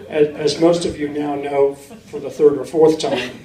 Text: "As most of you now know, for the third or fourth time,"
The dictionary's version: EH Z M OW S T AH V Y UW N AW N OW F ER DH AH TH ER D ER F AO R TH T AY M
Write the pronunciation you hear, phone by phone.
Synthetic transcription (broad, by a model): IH Z M OW S T AH V Y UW N AW N OW F ER DH AH TH ER D ER F AO R TH T AY M